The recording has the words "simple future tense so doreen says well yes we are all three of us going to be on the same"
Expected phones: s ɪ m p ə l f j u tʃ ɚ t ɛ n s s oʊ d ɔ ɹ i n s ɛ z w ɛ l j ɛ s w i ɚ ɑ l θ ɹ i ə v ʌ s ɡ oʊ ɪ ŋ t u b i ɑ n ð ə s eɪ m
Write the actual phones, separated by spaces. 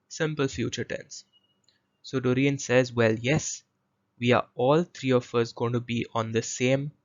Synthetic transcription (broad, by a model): s ɪ m p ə l f j u tʃ ɚ t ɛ n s s oʊ d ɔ ɹ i n s ɛ z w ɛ l j ɛ s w i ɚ ɑ l t ɹ i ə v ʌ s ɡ oʊ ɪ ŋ t u b i ɑ n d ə s eɪ m